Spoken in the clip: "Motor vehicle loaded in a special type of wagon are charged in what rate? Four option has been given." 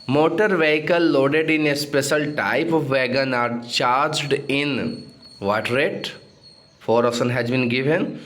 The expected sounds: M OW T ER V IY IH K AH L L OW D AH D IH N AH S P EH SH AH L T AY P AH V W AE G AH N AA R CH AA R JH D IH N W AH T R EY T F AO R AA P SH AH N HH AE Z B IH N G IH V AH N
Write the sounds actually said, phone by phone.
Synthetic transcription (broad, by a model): M OW T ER V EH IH K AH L L OW D AH D IH N AH S P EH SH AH L T AY P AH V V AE G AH N AA R CH AA R JH D IH N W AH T R EY T F AO R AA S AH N HH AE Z B IH N G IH V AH N